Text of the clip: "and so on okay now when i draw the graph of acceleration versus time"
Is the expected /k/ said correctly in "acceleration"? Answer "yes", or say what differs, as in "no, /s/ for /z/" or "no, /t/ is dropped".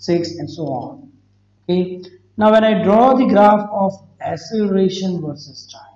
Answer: no, /k/ is dropped